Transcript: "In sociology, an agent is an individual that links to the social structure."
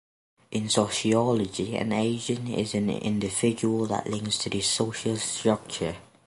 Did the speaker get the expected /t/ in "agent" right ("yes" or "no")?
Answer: no